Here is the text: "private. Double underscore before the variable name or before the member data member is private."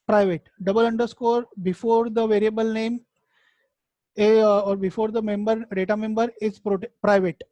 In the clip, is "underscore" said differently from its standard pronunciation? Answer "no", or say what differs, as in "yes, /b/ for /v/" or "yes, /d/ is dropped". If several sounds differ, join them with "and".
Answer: no